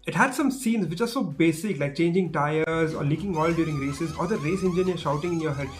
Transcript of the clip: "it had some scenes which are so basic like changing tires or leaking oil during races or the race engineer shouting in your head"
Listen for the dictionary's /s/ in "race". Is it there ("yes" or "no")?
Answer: yes